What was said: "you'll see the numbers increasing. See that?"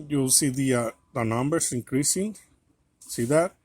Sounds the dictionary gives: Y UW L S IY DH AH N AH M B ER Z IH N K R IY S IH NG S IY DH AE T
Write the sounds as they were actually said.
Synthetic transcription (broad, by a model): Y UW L S IY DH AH N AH M B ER S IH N K R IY S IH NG S IY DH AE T